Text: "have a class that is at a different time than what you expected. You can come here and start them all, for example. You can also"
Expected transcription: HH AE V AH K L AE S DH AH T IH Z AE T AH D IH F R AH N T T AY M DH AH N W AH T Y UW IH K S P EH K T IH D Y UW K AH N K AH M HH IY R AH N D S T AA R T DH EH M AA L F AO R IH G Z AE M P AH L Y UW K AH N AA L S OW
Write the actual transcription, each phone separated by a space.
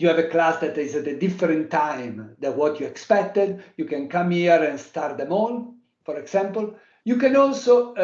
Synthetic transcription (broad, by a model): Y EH V AH K L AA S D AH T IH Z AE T AH D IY F R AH N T T AY M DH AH W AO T Y UW IH K S P EH K T IH D Y UW K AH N K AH M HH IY R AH N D S T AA R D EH M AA N F AO R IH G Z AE M P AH L Y UW K AH N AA L S OW